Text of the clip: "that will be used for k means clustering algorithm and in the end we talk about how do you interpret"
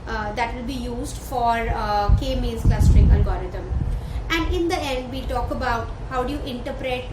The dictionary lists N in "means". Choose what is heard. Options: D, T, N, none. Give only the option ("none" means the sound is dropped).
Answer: none